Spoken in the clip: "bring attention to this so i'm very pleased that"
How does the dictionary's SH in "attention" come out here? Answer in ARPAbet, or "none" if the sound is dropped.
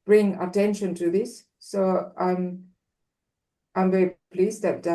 SH